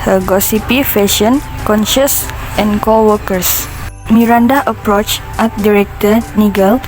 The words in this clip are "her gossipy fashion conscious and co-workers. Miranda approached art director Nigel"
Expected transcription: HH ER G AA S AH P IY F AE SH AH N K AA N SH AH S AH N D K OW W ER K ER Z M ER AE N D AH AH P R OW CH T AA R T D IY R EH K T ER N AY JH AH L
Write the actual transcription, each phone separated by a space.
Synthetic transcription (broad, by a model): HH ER G AA S AH P IY F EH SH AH N K AA N SH AH S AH N K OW W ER K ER S M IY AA N D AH AH P R OW CH T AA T D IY R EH K T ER N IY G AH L